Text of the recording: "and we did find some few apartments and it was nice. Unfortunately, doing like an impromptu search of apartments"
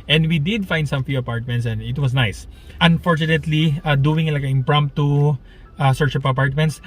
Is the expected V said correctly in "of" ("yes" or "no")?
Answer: no